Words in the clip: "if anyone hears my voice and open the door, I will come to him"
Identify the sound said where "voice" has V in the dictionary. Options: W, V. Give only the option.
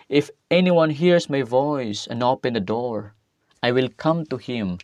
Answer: V